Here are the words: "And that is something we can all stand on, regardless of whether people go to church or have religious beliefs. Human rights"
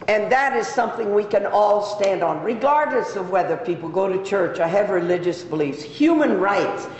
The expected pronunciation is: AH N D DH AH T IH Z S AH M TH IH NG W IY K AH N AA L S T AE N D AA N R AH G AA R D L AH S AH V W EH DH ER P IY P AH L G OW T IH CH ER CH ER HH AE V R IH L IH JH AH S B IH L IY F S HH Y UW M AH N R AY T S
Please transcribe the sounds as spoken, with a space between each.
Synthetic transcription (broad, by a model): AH N DH AH T IH Z S AH M TH IH NG W IY K AH N AA L S T AE N D N R AH G AA R D L AH S AH V W EH DH ER P IY P L G OW T IH CH ER CH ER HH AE V R IH L IH JH AH S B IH L IY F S HH Y UW M AH N R AY T S